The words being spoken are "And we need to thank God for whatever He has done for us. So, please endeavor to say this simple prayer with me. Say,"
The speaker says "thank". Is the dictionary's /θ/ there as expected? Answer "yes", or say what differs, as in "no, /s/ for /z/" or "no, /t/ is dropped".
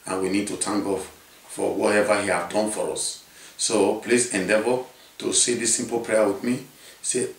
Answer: no, /t/ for /θ/